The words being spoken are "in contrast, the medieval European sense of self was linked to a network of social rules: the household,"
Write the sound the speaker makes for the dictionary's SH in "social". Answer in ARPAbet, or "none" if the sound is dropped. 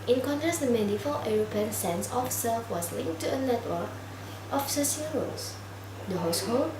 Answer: S